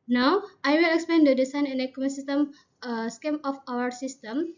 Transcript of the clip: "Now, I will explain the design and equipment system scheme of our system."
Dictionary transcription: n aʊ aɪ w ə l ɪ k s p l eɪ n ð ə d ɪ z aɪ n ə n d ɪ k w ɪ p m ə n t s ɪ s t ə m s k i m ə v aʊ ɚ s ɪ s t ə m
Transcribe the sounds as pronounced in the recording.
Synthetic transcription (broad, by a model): n aʊ aɪ w ə l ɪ k s p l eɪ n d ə d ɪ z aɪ n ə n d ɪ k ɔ m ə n s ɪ s t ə m s k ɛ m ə f aʊ ɚ s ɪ s t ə m